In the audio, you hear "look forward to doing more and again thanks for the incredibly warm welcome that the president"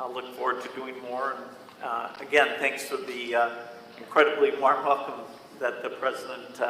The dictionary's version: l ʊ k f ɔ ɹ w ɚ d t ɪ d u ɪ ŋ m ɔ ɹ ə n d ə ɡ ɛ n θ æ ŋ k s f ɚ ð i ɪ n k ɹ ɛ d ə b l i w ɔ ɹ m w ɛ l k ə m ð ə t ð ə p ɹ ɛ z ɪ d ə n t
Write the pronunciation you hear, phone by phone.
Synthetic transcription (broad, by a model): l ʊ k f ɔ ɹ w ɚ d t ɪ d u ɪ ŋ m ɔ ɹ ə n ə ɡ ɛ n θ æ ŋ k s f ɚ ð i ɪ n k ɹ ɛ d ə b l i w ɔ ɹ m w ɛ l k ə m ð ə t ð ə p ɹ ɛ z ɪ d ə n t